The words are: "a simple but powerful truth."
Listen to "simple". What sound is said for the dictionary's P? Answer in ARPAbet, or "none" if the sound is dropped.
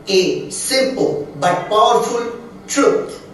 P